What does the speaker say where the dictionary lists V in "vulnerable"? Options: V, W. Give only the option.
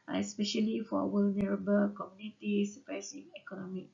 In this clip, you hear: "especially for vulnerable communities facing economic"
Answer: W